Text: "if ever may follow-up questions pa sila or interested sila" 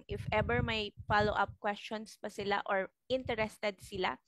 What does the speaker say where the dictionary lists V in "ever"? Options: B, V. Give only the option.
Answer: B